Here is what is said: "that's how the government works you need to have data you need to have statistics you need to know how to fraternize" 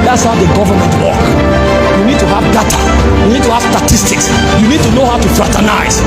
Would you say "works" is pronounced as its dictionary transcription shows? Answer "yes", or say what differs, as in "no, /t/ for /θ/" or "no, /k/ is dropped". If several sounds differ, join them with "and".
no, /s/ is dropped